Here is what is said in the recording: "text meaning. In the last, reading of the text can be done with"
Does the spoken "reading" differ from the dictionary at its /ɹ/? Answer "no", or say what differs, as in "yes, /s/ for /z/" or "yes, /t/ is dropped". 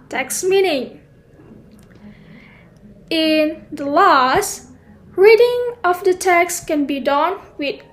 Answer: no